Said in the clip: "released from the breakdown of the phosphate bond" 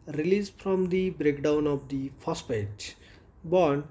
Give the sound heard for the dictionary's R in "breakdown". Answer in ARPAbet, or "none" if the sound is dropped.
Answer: R